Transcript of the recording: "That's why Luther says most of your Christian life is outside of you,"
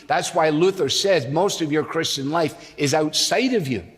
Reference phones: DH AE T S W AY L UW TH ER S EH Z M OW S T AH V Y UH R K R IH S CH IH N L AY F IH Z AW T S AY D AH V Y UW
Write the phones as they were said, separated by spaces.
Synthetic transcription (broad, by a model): DH AE T S W AY L UW TH ER S EH Z M OW S T AH V Y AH R K R IH S CH IH N L AY F IH Z AW T S AY D AH V Y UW